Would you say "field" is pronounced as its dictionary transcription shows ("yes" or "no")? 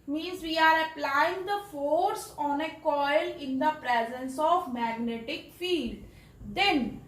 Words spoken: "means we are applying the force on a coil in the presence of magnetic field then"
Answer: yes